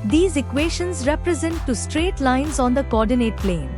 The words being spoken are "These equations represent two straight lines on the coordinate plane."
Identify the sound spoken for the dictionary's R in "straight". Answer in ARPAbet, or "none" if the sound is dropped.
R